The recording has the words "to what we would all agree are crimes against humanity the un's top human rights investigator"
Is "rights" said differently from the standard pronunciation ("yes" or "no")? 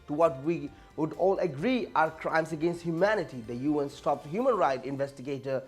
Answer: yes